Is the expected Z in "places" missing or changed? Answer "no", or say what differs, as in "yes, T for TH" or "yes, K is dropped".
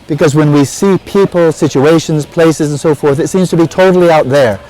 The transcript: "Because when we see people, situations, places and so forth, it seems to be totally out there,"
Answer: no